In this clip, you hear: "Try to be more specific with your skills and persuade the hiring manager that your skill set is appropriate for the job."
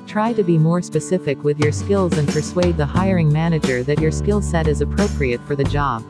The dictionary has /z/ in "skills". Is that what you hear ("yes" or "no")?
yes